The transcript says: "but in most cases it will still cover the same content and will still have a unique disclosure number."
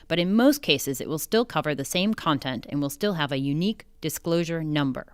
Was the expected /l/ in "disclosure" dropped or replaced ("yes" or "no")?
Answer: no